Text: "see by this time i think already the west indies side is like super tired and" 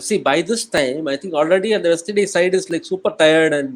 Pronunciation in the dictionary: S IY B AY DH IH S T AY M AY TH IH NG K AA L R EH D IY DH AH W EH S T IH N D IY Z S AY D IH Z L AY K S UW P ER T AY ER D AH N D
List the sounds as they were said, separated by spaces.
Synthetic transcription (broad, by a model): S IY B AY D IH S T AY M AY T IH NG K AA L R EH D IY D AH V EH S T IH D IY S AY D IH Z L AY K S UW P ER T AY ER D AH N